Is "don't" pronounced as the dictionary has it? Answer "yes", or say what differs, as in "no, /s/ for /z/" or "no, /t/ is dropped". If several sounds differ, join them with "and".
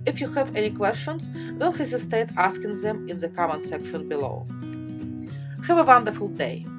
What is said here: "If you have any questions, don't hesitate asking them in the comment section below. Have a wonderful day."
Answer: no, /l/ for /n/